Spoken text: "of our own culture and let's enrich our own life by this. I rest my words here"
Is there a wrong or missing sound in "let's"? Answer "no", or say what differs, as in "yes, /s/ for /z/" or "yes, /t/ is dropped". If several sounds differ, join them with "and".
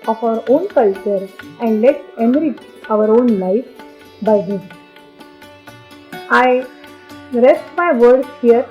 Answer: yes, /s/ is dropped